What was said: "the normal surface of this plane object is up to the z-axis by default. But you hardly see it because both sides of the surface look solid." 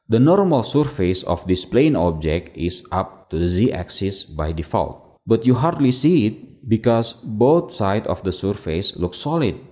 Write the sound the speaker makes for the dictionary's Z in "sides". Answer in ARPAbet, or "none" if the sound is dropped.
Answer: none